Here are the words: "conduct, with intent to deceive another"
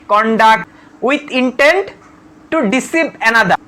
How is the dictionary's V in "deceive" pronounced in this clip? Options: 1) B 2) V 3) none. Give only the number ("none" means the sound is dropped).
1